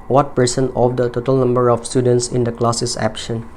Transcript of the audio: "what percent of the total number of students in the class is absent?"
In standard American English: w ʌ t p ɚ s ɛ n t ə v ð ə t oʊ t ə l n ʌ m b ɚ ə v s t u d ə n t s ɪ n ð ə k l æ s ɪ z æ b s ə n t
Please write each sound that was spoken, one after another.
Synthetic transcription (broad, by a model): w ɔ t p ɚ s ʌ n ə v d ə t oʊ t ə l n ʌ m b ɚ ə f s t u d ə n t s ɪ n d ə k l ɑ s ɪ s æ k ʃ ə n